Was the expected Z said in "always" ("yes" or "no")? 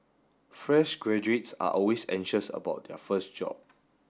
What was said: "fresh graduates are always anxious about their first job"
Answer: no